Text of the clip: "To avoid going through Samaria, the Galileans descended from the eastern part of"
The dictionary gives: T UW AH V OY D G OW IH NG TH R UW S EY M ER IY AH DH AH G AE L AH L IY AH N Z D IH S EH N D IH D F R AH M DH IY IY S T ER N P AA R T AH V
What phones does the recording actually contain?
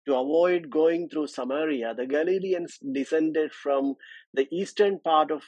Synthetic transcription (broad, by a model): T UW AH V OY D G OW IH NG T R UW S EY M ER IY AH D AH G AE L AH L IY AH N S D IH S EH N D IH D F R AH M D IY IY S T ER N P AA R T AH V